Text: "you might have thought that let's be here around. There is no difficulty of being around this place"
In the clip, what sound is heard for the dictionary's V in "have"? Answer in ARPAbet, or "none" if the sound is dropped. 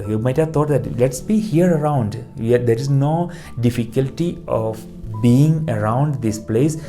V